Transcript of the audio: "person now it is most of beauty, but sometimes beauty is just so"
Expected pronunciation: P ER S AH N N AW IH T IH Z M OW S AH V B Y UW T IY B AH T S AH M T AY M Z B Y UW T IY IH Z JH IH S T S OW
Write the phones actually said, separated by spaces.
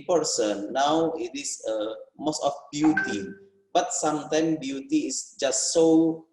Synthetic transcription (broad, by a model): P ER S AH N N AW IH T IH S M OW S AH F B Y UW T IY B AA T S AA M T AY M B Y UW T IY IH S JH IH S T S OW